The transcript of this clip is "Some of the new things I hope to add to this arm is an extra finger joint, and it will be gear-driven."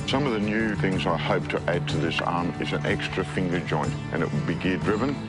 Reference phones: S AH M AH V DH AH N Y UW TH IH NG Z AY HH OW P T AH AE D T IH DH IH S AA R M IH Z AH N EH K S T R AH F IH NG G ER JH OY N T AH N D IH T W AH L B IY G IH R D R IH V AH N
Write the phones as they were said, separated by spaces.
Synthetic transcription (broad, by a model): S AH M AH V DH AH N Y UW TH IH NG Z AY HH OW P T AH AE D T IH DH IH S AA R M IH Z AH N EH K S T R AH F IH NG G ER JH OY N T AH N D IH T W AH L B IY G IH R D R IH V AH N